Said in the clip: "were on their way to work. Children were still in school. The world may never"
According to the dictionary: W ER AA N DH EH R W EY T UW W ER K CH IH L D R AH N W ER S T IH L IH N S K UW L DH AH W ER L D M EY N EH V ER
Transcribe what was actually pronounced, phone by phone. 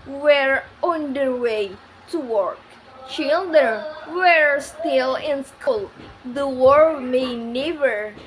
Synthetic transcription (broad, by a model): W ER AA N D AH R W EY T UW W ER K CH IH L D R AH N W ER S T IH L IH N S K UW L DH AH W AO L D M EY N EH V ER